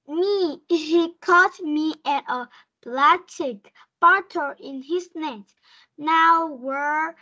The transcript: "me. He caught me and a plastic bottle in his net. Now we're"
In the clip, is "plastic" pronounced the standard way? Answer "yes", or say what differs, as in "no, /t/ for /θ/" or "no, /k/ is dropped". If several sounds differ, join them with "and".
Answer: no, /s/ is dropped